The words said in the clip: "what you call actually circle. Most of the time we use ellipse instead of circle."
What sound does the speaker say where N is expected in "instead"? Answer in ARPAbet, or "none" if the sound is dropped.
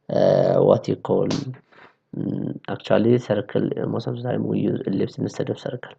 none